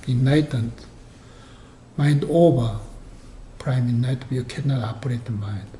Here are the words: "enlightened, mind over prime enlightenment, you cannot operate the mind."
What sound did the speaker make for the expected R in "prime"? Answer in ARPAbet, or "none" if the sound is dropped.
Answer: R